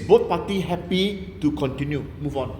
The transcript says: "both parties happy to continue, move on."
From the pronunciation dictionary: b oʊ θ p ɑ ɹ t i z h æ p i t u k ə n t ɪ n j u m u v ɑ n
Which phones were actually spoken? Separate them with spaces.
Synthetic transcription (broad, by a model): b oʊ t p ɑ t i h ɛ p i t u k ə n t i n j u m u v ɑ n